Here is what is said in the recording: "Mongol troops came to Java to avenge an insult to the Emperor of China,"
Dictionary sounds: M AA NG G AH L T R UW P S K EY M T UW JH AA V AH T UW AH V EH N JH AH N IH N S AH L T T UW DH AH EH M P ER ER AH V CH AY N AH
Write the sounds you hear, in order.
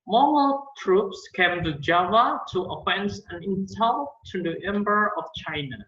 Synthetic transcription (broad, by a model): M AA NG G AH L T R UW P S K EY M T UW JH AA V AH T UW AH F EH N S AH N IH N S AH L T T UW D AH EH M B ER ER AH F CH AY N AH